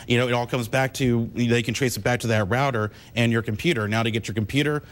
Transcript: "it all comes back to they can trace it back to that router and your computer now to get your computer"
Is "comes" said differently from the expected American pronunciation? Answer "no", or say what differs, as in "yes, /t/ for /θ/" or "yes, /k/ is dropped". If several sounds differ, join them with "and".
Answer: no